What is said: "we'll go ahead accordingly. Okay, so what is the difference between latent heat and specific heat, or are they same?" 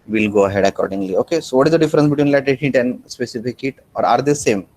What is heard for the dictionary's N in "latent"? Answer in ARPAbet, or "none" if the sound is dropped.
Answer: none